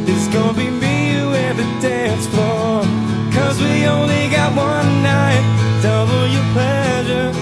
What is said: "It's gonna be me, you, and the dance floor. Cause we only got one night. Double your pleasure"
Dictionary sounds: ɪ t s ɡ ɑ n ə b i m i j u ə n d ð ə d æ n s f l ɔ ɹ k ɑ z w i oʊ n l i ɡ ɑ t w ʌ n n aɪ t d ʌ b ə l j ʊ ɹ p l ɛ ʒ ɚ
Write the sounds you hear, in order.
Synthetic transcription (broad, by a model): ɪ t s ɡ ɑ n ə b i m i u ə ð ə d æ n s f ɔ k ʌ z w i oʊ n l i ɡ ɑ t w ʌ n n aɪ t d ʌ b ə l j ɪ p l ɛ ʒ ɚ